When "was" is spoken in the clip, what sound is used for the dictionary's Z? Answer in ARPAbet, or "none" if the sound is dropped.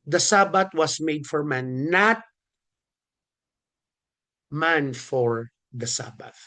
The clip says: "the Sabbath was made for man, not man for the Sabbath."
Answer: S